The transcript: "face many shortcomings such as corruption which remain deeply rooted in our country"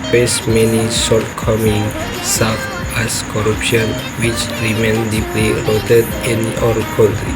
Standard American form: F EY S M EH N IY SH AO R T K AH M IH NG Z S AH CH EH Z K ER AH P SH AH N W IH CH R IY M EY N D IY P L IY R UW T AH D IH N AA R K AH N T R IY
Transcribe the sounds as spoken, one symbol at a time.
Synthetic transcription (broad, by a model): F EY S M EH N IY S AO L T K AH M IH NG S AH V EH S K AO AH P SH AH N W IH CH R IY M EY N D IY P L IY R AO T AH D IH N AA R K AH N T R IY